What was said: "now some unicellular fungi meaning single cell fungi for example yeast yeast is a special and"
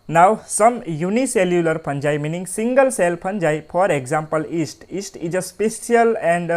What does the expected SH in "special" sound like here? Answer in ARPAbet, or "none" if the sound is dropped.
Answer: S